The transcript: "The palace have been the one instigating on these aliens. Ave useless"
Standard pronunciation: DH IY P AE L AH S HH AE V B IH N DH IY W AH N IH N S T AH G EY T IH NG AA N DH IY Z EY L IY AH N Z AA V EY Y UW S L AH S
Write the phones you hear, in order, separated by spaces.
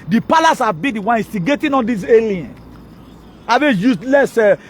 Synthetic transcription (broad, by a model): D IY P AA L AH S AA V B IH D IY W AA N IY S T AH G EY T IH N AA N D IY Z EY L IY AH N AA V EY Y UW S L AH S